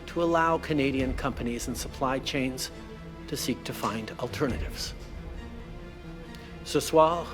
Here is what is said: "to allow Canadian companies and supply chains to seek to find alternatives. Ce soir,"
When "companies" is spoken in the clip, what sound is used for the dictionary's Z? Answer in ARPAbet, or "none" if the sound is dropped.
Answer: Z